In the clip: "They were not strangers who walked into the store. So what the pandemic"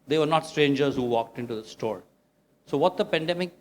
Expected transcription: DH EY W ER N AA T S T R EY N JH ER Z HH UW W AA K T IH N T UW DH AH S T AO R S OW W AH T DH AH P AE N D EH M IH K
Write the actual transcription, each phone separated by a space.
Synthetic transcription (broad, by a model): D EY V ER N AA T S T R EY N JH ER Z HH UW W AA K T IH N T UW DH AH S T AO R S OW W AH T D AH P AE N D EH M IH K